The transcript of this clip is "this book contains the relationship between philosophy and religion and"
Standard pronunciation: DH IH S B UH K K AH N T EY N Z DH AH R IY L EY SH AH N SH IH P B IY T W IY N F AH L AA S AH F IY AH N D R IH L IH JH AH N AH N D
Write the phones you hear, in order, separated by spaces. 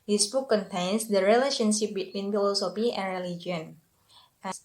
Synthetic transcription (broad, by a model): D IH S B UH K K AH N T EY N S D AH R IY L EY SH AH N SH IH P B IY T W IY N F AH L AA S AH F IY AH N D R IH L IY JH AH AH N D